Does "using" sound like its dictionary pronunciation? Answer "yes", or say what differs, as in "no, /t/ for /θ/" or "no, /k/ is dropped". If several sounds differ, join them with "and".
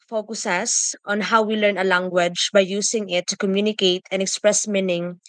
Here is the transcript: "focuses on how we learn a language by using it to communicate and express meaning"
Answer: no, /s/ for /z/